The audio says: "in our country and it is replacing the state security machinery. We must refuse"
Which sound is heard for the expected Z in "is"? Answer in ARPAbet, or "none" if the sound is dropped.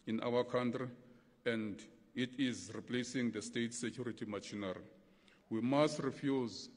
Z